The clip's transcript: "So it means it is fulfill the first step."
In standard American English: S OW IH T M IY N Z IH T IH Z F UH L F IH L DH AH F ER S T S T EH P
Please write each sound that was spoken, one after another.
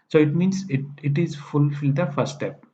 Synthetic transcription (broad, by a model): S OW IH T M IY N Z IH T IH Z F UH L F IH L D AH F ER T S T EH P